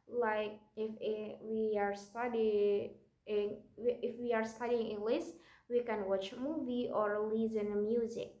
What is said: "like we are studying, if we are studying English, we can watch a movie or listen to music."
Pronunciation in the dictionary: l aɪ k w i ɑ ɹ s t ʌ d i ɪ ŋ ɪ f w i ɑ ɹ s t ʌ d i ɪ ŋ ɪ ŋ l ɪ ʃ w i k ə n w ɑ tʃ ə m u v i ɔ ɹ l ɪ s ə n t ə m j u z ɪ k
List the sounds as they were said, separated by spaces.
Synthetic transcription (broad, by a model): l aɪ k w i ɑ ɹ s t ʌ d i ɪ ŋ ɪ f w i ɑ ɹ s t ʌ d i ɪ ŋ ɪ l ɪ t w i k ə n w ɑ tʃ m u v i ɔ ɹ l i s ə n m j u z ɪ k